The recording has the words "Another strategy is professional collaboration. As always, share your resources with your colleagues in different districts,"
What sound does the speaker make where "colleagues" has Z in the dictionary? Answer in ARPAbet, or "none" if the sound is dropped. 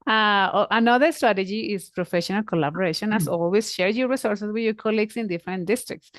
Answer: S